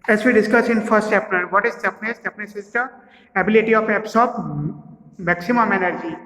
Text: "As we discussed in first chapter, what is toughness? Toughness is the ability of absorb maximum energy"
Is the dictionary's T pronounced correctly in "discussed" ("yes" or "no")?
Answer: no